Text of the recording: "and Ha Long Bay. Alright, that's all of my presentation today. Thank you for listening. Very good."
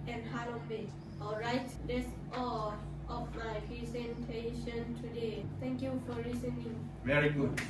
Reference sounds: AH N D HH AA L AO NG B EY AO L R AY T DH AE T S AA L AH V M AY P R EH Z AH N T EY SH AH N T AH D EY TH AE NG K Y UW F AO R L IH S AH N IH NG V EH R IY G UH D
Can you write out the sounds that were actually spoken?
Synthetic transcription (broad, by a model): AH N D HH AA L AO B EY AO L R AY T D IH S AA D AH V M AY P R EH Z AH N T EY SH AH N T AH D EY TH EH NG K Y UW F AO R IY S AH N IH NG V EH R IY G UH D